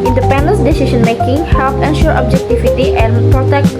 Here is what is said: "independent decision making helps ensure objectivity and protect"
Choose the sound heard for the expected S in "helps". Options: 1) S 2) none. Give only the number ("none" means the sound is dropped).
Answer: 2